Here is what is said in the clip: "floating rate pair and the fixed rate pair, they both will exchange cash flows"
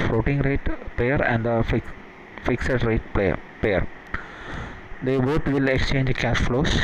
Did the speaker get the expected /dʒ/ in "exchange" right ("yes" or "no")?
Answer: yes